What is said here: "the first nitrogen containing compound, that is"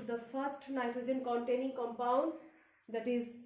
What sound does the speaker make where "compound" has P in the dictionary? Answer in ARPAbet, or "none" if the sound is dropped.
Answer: P